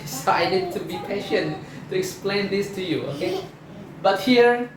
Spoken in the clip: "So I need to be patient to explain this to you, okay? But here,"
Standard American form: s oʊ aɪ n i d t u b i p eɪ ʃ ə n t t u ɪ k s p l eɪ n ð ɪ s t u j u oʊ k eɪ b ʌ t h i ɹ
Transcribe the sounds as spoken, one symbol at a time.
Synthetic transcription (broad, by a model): s aɪ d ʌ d t u b i p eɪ ʃ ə n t t u ɪ k s p l eɪ n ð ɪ s t u j u oʊ k eɪ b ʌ t h i ɹ